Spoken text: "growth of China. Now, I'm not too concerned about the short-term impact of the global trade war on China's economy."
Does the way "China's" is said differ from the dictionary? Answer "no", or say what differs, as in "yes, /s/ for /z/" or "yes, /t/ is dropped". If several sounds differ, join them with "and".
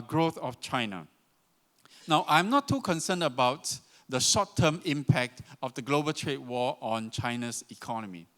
yes, /s/ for /z/